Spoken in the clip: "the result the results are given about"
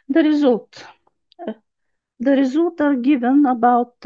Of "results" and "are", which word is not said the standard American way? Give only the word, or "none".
results